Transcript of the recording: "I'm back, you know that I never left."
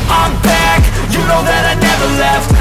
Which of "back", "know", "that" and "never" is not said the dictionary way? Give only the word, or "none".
none